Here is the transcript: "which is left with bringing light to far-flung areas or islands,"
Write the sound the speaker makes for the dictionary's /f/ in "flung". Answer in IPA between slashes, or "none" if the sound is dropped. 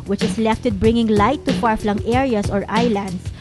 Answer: /f/